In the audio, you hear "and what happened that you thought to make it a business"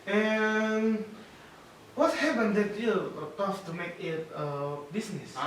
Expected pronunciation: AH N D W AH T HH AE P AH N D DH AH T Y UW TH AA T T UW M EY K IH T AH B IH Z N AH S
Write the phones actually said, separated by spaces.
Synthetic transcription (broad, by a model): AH N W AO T HH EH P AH N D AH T Y UW T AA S T UW M EY K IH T AH B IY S N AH S